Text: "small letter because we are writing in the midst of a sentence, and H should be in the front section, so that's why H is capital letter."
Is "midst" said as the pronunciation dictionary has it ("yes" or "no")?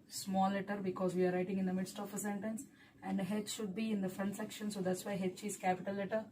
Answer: yes